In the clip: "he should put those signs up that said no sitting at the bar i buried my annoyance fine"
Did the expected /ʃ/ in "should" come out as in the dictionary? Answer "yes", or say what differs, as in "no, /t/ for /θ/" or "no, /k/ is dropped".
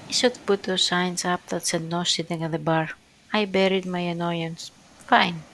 no, /s/ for /ʃ/